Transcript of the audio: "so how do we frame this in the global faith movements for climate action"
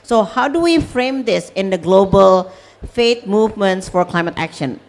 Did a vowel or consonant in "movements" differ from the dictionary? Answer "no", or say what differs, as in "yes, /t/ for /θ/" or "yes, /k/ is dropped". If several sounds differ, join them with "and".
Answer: no